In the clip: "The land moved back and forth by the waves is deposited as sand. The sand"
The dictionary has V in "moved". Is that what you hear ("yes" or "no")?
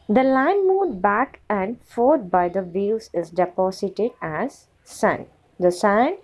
no